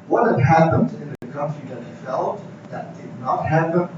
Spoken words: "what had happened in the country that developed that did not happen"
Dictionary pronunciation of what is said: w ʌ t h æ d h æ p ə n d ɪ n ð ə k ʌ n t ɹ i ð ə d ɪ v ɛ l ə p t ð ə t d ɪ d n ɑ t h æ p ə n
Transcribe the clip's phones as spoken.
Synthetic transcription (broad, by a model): w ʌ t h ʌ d h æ p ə n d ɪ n ð ə k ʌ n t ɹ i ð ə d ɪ f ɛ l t ð ə t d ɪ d n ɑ t h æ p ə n